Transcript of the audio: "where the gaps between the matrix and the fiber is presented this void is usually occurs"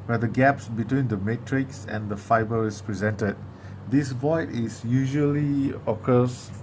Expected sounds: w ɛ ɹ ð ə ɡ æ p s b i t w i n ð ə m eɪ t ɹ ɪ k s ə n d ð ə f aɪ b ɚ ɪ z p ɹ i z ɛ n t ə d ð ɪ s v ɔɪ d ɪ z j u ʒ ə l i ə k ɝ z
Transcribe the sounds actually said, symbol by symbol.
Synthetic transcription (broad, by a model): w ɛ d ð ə ɡ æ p s b i t w i n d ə m eɪ t ɹ ɪ k s ə n d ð ə f aɪ b ɚ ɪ s p ɹ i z ɛ n t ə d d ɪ s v ɔɪ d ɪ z j u ʒ ə l i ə k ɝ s